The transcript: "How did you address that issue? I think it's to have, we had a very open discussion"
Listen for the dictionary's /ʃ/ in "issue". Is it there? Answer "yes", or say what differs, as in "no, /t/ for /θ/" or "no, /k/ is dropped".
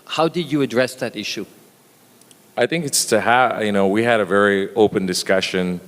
yes